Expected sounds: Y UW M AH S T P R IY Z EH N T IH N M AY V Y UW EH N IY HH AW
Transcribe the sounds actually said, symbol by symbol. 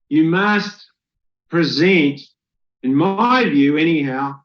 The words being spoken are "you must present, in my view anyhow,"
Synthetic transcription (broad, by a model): Y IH M AH S T P R IY Z EH N T IH N M AY V Y UW EH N IY HH AW